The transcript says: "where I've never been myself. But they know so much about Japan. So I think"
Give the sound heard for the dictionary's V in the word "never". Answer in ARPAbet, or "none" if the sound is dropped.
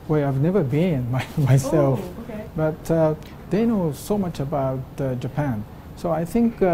V